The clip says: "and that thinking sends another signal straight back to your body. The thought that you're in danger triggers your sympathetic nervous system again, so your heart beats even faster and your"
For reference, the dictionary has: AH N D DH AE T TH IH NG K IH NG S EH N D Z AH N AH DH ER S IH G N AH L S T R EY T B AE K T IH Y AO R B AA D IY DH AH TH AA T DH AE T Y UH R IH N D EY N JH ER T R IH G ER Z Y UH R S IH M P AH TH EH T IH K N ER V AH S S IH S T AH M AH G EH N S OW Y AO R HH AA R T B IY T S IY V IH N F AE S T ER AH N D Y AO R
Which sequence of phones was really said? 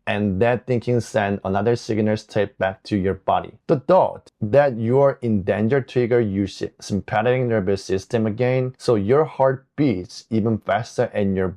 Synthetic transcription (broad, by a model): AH N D DH AE T TH IH NG K IH NG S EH N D AH N AH DH ER S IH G N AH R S T EY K B AE K T IH Y AO R B AA D IY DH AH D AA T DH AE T Y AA R IH N D EY N JH ER T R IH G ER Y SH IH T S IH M P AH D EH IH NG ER B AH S S IH S T AH M AH G EH N S OW Y AO R HH AA R T B IY T S IY V IH N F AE S T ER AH N Y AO R